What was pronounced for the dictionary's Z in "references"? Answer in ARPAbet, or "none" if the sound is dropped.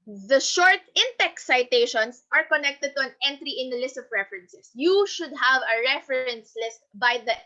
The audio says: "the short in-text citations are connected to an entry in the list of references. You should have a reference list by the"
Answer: S